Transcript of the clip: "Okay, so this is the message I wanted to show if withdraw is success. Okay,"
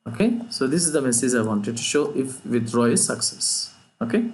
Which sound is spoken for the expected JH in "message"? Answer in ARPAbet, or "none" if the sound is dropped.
JH